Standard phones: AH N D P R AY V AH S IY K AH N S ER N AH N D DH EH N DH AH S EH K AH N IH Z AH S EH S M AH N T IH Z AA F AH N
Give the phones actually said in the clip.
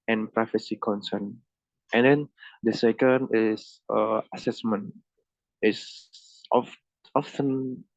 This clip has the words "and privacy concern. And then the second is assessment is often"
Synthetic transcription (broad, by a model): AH N P R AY F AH S IY K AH N S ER N AH N D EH N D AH S EH K AH N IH S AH S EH S M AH N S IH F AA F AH N